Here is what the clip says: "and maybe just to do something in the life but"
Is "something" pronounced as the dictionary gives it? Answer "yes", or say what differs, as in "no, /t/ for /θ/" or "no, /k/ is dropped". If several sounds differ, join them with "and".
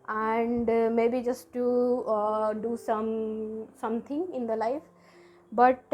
no, /t/ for /θ/